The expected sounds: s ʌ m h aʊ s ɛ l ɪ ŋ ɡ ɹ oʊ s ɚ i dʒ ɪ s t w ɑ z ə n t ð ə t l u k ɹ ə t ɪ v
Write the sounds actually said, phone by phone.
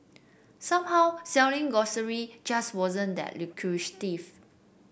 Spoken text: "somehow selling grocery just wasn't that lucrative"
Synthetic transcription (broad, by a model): s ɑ m h aʊ s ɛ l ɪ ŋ ɡ oʊ s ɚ i dʒ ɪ s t w ɑ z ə n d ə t l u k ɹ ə t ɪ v